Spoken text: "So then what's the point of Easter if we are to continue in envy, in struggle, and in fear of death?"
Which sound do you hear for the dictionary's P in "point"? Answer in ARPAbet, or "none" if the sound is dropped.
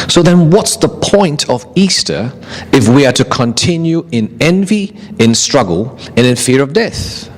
P